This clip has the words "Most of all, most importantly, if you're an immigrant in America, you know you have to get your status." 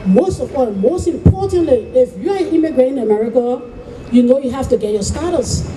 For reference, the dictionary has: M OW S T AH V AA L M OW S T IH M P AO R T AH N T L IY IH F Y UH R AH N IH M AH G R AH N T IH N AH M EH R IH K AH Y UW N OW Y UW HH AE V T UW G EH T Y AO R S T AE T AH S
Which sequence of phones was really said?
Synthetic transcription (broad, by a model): M OW S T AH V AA M OW S T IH M P AO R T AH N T L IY IH F Y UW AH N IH M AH G R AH T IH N AH M EH R IH K AH Y UW N OW Y UW HH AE F T UW G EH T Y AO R S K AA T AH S